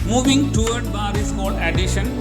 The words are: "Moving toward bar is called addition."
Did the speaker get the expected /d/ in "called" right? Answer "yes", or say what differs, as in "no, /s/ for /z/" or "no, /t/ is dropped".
no, /d/ is dropped